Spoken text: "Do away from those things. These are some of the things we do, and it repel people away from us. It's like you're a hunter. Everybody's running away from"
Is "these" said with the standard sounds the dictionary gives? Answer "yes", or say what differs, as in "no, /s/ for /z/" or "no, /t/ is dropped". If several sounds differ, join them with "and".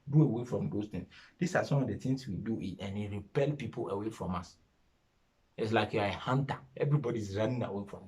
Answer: no, /s/ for /z/